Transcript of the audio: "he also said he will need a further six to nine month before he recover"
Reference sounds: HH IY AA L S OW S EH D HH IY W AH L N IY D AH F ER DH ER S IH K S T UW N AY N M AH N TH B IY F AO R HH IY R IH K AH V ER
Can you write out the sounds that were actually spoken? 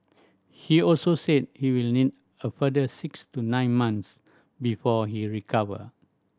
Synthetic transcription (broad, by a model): HH IY AA L S OW S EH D HH IY W AH L N IY D AH F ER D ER S IH K S T UW N AY N M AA N S B IY F AO HH IY R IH K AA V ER